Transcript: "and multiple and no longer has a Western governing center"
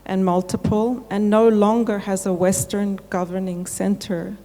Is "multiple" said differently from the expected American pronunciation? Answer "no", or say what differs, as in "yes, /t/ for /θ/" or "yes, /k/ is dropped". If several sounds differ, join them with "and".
no